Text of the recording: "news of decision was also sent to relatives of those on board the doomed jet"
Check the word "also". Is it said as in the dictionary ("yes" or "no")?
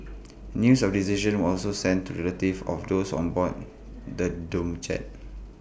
yes